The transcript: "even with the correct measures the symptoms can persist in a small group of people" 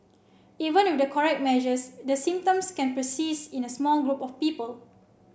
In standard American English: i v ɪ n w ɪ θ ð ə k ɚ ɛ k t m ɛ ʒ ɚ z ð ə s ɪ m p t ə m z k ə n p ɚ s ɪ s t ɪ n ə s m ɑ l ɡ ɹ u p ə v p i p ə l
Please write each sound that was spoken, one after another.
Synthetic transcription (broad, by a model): i v ɪ n w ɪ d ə k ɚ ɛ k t m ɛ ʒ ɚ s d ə s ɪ m p t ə m s k ə n p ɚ s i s ɪ n ə s m ɑ l ɡ ɹ u p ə f p i p ə l